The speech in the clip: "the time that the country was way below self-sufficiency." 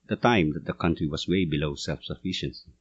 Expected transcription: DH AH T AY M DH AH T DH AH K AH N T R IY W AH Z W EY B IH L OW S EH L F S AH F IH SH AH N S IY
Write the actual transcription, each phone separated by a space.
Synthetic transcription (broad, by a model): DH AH T AY M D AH T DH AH K AH N T R IY W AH S W EY B IH L OW S EH L F S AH F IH SH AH N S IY